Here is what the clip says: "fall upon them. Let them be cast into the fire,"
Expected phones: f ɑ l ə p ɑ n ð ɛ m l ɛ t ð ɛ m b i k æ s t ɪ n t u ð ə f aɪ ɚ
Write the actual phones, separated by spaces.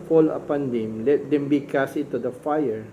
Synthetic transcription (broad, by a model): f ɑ l ə p ɑ n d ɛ m l ɛ t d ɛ m b i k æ s ɪ t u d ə f aɪ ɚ